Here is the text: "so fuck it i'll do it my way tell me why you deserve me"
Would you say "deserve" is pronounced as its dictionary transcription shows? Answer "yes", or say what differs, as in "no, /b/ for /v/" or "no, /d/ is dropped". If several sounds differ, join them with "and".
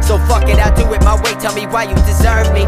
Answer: yes